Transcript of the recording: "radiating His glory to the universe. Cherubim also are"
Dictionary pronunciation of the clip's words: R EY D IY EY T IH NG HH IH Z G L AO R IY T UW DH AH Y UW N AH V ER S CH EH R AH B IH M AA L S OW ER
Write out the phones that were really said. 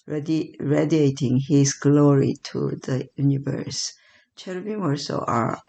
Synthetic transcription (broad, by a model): R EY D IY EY T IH NG HH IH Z G L AO R IY T UW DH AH Y UW N AH V ER S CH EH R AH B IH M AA S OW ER